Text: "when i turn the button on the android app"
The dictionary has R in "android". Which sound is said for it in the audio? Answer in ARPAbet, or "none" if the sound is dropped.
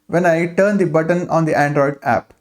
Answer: R